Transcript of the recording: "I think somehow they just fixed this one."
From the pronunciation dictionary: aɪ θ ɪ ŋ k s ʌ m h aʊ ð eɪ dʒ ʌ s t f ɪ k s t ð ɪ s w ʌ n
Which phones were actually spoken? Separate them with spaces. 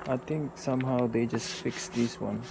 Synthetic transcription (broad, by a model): aɪ t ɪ ŋ k s ʌ m h aʊ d eɪ dʒ ʌ s t f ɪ k s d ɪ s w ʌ n